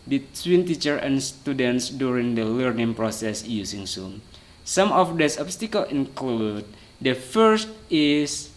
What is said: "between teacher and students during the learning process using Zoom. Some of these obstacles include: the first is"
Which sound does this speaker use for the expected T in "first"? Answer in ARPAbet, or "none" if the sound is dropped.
T